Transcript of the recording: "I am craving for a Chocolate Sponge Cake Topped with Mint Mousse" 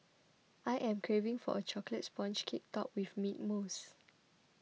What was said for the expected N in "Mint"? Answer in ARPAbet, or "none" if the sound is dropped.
none